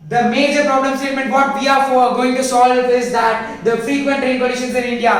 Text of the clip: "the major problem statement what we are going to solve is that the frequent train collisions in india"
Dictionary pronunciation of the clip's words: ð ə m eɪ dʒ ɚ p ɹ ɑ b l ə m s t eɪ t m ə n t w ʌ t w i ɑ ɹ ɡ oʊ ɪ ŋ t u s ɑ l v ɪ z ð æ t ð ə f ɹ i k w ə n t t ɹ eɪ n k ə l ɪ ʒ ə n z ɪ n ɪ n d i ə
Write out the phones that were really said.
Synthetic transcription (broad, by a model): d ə m eɪ dʒ ɚ p ɹ ɑ b l ə m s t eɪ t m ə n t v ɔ t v i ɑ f ɡ oʊ ɪ ŋ t u s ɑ l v ɪ z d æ t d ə f ɹ i k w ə n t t ɹ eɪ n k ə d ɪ ʃ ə n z ɪ n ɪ n d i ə